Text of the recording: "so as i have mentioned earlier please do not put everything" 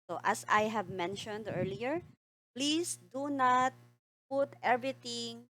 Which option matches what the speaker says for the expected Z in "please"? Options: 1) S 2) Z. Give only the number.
1